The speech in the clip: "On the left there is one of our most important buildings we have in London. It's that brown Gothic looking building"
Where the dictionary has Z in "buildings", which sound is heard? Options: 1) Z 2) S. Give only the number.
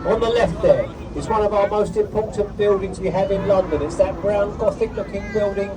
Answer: 1